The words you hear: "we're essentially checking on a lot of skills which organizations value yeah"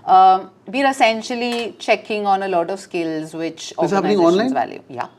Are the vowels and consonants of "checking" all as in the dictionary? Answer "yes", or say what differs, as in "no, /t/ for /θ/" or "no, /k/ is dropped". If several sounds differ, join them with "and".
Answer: yes